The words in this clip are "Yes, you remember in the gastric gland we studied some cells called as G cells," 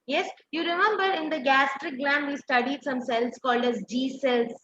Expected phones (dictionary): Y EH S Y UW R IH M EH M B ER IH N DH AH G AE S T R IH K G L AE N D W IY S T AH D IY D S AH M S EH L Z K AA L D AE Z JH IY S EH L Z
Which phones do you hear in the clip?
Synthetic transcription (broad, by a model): Y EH S Y UW R IH M EH M B ER IH N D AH G AE S T R IH K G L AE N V IY S T AH D IY D S AH M S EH L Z K AA L D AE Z JH IY S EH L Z